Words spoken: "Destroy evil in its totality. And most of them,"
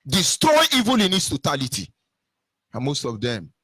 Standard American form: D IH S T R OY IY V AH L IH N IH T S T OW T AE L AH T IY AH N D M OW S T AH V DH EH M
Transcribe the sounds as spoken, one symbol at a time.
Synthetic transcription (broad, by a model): D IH S T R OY IY V AH L IH N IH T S T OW T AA L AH T IY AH N M OW S T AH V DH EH M